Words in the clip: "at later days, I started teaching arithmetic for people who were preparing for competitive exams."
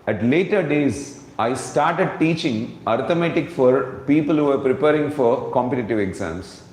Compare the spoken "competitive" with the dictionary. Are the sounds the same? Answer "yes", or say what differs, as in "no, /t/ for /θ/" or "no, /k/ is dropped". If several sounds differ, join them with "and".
yes